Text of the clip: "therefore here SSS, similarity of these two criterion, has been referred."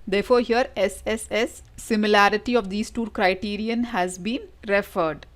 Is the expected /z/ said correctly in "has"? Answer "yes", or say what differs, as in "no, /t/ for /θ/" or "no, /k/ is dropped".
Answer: yes